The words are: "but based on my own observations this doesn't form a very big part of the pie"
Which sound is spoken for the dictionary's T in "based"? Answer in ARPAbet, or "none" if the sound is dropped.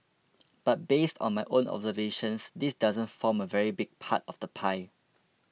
T